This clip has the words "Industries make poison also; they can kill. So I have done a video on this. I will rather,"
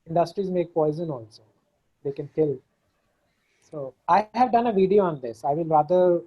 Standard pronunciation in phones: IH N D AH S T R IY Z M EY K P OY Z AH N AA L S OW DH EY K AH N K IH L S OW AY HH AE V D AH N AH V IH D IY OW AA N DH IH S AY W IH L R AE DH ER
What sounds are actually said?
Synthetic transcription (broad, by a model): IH N D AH S T R IY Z M EY K P OY Z AH N AA L S OW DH EY K AH N K IH L S OW AY HH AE V D AH N AH V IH D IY OW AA N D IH S AY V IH L R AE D ER